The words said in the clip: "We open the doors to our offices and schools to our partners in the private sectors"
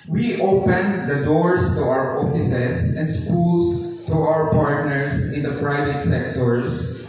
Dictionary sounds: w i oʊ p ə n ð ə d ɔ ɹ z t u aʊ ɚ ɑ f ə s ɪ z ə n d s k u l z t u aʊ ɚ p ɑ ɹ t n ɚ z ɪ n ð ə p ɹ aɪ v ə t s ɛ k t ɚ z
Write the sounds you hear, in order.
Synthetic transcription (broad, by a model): w i oʊ p ə n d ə d ɔ ɹ s t u aʊ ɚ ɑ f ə s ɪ s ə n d s k u l s t u aʊ ɚ p ɑ ɹ t n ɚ s ɪ n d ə p ɹ aɪ v ə t s ɛ k t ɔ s